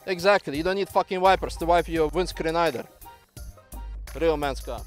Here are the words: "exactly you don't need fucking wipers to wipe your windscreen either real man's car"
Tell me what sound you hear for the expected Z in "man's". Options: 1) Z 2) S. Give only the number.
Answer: 2